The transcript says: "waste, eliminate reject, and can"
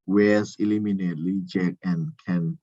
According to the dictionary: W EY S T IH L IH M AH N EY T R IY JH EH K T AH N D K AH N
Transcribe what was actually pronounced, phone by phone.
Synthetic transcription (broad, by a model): W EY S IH L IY M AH N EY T L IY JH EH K AH N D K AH N